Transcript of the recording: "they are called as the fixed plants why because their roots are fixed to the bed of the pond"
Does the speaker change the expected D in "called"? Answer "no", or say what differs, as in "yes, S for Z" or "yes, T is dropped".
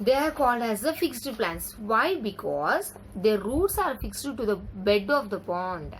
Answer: no